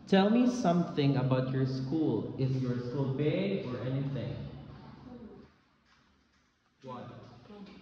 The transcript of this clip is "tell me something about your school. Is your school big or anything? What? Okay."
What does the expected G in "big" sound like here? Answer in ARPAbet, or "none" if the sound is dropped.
none